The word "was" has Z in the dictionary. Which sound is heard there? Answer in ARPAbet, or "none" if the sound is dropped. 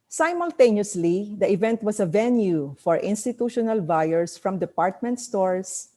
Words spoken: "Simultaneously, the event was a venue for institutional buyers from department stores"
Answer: S